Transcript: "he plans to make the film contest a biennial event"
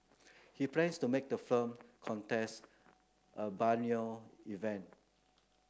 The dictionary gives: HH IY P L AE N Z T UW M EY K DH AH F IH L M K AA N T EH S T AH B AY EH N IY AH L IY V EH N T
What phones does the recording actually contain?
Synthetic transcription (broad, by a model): HH IY P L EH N S T UW M EY K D AH F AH M K AA N T EH S T AH B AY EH N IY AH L IY V EH N T